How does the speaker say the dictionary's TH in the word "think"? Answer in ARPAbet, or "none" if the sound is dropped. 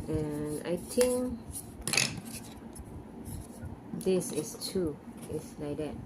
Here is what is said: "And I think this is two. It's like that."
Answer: T